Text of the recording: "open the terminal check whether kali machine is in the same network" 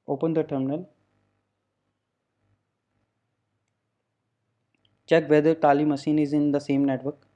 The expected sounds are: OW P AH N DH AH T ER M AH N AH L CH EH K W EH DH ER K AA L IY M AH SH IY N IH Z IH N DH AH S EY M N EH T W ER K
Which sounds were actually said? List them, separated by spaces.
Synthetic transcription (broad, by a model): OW P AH N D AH T ER M AH N AH L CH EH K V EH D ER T AA L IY M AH S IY N IH Z IH N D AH S EY M N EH T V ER K